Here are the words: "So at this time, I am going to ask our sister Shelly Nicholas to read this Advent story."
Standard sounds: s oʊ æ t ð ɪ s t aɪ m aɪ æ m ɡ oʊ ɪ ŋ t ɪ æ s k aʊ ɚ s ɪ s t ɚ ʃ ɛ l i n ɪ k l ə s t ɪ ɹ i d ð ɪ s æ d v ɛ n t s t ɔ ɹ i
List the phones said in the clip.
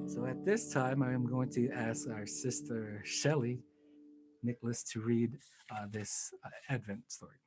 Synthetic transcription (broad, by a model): s oʊ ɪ t ð ɪ s t aɪ m aɪ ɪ m ɡ oʊ ɪ ŋ t ɪ æ s k aʊ ɚ s ɪ s t ɚ ʃ ɛ l i n ɪ k l ə s t ɪ ɹ i d ð ɪ s æ d v ɛ n t s t ɔ ɹ i